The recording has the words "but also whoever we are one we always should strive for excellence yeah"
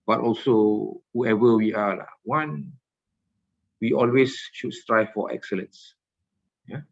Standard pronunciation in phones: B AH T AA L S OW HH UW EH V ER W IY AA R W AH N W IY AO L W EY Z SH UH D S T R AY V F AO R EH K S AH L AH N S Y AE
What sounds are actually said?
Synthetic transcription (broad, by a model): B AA T AA L S OW HH UW EH V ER W IY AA L W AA N W IY AO L W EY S SH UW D S T R AY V F AO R EH K S AH L AH N S Y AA